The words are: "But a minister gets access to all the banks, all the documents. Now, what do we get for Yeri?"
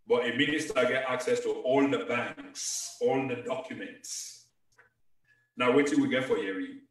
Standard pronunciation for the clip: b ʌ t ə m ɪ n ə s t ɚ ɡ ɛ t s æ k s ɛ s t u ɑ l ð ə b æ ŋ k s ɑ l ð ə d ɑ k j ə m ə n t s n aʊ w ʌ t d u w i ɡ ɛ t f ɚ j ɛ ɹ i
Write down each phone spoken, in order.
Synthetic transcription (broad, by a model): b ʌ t ə m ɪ n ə s t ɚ ɡ ɛ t ɑ k s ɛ s t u ɑ l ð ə b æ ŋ k s ɑ l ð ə d ɑ k j ə m ə n t s n aʊ w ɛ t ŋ w i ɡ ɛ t f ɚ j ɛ ɹ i